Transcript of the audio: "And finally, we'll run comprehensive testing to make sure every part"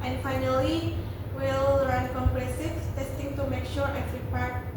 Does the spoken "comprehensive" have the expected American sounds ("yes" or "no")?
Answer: no